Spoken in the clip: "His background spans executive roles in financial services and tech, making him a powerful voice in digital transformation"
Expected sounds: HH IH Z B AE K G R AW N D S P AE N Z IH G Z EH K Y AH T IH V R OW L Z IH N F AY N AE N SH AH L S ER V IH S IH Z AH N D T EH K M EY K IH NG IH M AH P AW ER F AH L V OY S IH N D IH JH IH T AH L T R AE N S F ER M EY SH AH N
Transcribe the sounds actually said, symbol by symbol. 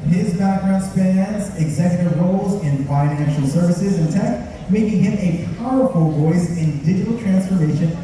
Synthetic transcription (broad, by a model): HH IH Z B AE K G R AW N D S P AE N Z IH G Z EH K Y AH T IH V R OW L Z IH N F AY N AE N SH L S ER V IH S IH Z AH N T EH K M EY K IH NG IH M AH P AW ER F AH L V OY S IH N D IH JH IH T L T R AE N S F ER M EY SH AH N